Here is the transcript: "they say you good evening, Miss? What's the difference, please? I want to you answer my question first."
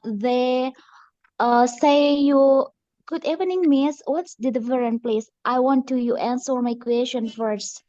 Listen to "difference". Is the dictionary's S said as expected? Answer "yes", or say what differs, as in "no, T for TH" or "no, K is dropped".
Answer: no, S is dropped